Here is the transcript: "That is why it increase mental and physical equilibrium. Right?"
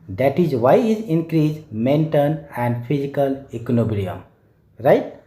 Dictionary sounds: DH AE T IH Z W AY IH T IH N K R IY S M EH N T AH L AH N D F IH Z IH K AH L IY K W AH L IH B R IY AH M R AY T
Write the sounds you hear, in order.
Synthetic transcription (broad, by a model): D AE T IH Z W AY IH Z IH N K R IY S M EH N T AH N AH N D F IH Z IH K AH L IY K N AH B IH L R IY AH M R AY T